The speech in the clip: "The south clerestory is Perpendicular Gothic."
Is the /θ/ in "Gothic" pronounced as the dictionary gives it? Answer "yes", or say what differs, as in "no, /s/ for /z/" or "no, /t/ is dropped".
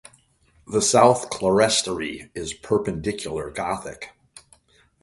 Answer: yes